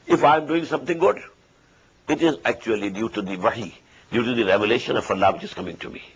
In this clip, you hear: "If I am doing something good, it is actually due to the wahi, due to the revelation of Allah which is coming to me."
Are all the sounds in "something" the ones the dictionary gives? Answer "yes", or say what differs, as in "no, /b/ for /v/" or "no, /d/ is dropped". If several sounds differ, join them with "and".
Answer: no, /t/ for /θ/